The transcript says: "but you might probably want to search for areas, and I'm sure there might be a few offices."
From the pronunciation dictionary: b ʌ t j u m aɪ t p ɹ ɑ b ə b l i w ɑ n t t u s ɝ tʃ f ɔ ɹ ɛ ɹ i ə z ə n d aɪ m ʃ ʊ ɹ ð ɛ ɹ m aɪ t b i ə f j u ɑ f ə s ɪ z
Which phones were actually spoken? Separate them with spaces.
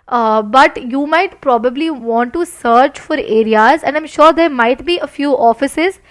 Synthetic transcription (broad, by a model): b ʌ t j u m aɪ t p ɹ ɑ b ə b l i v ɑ n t t u s ɝ tʃ f ɔ ɹ ɛ ɹ i ə z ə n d aɪ m ʃ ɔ ɹ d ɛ ɹ m aɪ t b i ə f j u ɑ f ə s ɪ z